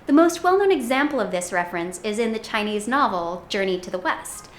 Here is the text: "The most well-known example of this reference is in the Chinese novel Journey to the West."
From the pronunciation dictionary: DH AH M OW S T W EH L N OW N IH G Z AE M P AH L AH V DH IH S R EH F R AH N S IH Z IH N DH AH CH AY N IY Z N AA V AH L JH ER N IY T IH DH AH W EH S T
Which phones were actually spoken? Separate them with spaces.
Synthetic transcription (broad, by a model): DH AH M OW S T W EH L N OW N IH G Z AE M P L AH V DH IH S R EH F R AH N S IH Z IH N DH AH CH AY N IY Z N AA V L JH ER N IY T IH DH AH W EH S T